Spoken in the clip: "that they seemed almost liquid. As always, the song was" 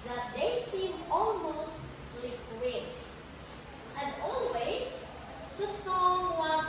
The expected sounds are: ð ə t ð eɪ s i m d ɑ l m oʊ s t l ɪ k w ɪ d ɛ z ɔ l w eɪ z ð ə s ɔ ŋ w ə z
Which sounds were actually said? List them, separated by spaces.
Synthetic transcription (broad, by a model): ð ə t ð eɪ s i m ɑ l m oʊ s t l ɪ k w ɪ d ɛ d ɔ l w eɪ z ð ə s ɔ ŋ w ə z